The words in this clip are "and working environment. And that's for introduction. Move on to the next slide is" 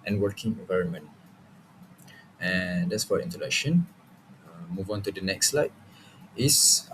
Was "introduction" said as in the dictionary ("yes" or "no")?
no